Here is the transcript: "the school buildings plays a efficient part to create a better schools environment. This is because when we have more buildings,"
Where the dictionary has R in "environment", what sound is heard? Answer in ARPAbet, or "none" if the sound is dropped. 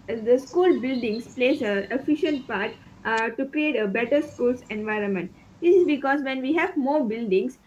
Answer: R